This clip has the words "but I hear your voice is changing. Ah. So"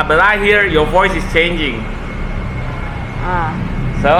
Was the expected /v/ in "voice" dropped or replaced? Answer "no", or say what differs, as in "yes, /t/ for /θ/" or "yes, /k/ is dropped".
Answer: no